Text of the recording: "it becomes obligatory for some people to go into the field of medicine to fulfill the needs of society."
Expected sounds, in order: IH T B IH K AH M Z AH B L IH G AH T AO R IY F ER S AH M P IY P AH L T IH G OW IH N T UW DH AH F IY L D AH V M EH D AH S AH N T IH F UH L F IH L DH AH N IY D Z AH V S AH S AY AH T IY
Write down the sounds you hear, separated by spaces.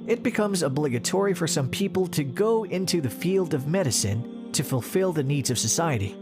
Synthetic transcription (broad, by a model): IH T B IH K AH M Z AH B L IH G AH T AO R IY F ER S AH M P IY P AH L T IH G OW IH N T UW DH AH F IY L D AH V M EH D AH S AH N T IH F UH L F IH L DH AH N IY D Z AH V S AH S AY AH T IY